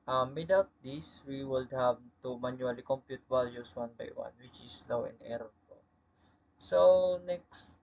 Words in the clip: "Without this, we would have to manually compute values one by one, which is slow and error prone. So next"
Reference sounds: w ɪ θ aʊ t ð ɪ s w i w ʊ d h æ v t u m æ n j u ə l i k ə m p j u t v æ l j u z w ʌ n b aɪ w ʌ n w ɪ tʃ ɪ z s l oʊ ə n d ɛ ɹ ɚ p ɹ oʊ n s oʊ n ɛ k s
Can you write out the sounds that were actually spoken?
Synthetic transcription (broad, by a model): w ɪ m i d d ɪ s w i w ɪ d h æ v t u m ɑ n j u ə l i k ə m p j u t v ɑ l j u s w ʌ n b aɪ w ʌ n w ɪ tʃ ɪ s l oʊ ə n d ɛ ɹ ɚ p oʊ s oʊ n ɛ k s